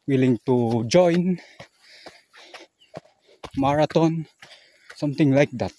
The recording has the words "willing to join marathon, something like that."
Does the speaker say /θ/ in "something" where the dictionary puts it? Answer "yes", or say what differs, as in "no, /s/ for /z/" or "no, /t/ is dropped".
no, /t/ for /θ/